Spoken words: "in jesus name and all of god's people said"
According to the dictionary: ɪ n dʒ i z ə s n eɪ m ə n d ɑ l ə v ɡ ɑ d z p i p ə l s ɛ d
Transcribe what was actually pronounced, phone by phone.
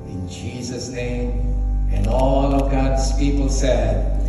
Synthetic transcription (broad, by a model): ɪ n dʒ i z ə s n eɪ m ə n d ɑ l ə v ɡ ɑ d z p i p ə l s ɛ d